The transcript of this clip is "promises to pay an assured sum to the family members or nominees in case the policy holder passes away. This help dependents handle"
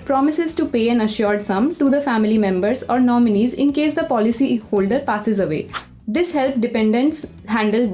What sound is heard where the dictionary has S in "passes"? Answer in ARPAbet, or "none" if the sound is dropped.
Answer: S